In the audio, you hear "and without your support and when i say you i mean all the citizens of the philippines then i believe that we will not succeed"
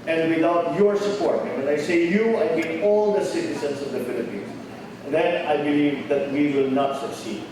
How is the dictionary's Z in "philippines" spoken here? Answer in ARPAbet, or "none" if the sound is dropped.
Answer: S